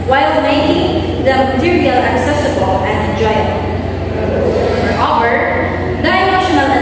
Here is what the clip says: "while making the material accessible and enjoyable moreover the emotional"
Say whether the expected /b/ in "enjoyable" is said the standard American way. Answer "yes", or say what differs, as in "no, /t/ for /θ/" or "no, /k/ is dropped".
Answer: no, /b/ is dropped